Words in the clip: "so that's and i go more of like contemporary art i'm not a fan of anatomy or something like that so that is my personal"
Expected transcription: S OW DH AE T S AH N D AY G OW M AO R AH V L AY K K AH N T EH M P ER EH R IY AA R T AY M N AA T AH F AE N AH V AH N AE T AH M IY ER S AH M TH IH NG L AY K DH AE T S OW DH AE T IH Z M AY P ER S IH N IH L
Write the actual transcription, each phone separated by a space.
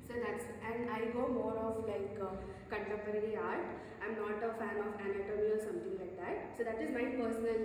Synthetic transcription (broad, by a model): S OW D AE T S AH N D AY G OW M AO R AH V L AY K K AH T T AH P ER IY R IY AA R T AY M N AA T AH F AE N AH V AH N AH T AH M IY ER S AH M T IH NG L AY K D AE T S OW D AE T IH Z M AY P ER S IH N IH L